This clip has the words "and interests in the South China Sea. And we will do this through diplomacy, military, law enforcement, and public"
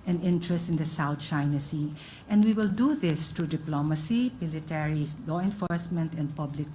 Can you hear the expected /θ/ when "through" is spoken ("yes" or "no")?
no